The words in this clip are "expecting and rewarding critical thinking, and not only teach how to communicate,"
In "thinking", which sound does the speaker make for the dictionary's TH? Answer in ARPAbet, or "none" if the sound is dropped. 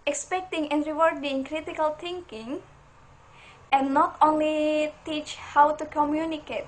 T